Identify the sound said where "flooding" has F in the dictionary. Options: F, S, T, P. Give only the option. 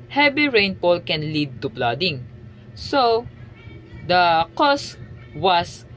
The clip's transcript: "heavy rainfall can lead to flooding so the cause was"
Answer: P